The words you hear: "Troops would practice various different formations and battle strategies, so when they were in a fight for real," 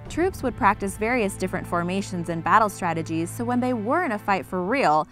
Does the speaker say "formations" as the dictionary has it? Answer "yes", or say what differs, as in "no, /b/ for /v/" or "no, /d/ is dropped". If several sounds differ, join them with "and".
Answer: yes